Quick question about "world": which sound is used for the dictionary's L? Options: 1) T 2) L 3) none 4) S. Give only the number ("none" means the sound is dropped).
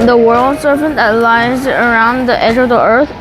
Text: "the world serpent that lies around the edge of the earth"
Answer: 2